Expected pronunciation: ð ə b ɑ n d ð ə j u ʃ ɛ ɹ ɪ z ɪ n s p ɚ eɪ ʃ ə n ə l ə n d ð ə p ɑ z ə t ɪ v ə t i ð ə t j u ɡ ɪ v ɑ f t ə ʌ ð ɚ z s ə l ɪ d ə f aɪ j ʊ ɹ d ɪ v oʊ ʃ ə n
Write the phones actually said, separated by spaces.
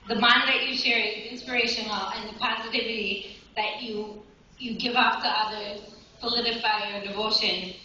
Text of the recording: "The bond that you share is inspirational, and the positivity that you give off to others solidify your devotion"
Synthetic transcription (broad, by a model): ð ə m ɑ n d ð ə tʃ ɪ ʃ ɛ ɹ ɪ z ɪ n s p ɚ eɪ ʃ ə n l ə n ð ə p ɑ z ə t ɪ v ə t i ð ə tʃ j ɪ ɡ ɪ v ɑ f t ə ʌ ð ɚ z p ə l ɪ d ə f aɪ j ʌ ɹ d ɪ v oʊ ʃ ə n